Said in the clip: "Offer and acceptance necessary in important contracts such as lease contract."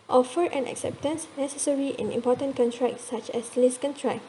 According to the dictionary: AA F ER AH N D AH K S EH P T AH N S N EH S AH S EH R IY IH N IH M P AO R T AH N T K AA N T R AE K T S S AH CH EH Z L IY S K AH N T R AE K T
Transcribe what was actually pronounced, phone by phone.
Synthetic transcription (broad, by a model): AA F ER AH N AH K S EH P T AH N S N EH S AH S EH R IY IH N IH M P AO T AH N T K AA N T R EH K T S S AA CH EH S L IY S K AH N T R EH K